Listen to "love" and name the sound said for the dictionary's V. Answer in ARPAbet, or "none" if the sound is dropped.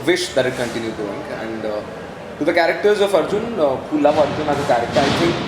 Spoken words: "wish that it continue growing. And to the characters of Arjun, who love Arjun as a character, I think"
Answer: P